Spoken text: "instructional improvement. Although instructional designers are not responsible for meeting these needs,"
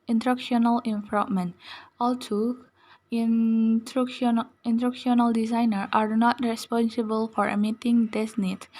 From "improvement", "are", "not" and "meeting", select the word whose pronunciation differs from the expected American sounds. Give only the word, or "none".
improvement